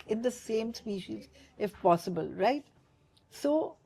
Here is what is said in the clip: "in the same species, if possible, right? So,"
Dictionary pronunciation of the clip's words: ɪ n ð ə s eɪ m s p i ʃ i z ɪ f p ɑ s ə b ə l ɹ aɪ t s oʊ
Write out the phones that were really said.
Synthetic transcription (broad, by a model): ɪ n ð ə s eɪ m s p i ʃ i z ɪ f p ɑ s ə b ə l ɹ aɪ t s oʊ